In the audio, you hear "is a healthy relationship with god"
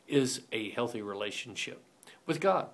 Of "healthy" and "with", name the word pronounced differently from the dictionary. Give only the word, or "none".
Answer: none